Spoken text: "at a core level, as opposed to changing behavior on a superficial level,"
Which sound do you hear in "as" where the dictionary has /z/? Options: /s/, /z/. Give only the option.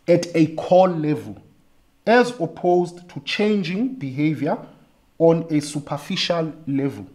/z/